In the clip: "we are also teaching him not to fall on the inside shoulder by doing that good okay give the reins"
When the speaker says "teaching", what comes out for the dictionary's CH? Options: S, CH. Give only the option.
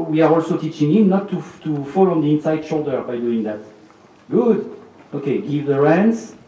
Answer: CH